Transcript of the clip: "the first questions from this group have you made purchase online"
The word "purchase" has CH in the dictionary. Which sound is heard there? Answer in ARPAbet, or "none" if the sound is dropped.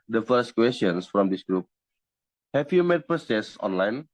S